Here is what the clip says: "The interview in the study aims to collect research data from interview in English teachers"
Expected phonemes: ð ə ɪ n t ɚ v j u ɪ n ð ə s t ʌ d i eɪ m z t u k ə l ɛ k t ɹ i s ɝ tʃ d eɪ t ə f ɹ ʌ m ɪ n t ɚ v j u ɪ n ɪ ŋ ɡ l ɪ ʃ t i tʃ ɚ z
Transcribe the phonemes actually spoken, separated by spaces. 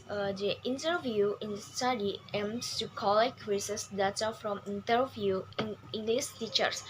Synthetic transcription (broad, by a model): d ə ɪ n t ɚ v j u ɪ n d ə s t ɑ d i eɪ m s t u k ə l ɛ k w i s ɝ s d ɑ t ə f ɹ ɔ m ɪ n t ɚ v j u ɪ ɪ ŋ ɡ l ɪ s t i tʃ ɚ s